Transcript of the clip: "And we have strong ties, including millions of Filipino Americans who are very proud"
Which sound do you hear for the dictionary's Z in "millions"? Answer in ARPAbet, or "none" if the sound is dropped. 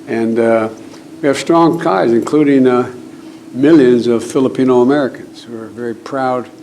Z